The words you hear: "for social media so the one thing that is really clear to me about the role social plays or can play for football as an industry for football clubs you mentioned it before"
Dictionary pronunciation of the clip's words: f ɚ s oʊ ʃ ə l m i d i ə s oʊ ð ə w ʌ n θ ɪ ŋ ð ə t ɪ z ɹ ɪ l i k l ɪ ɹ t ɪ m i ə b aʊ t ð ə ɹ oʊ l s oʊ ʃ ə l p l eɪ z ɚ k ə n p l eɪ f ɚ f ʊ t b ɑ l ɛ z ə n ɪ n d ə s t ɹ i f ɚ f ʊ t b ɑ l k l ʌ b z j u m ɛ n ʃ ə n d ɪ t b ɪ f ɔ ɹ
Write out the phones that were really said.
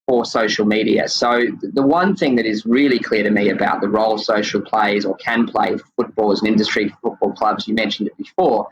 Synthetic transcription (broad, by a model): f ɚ s oʊ ʃ l m i d i ə s oʊ ð ə w ʌ n θ ɪ ŋ ð ə t ɪ z ɹ ɪ l i k l ɪ ɹ t ɪ m i ə b aʊ t ð ə ɹ oʊ l s oʊ ʃ l p l eɪ z ɚ k ə n p l eɪ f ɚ f ʊ t b ɑ l z ə n ɪ n d ə s t ɹ i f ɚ f ʊ t b ɑ l k l ʌ b z j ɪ m ɛ n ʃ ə n d ɪ t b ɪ f ɔ ɹ